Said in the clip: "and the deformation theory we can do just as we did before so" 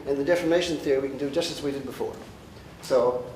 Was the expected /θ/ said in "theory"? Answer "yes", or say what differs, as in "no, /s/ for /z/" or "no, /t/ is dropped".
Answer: yes